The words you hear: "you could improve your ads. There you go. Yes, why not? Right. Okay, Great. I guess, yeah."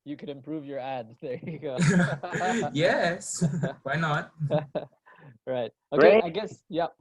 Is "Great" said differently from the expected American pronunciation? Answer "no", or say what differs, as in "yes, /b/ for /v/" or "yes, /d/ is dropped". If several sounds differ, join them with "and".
yes, /t/ is dropped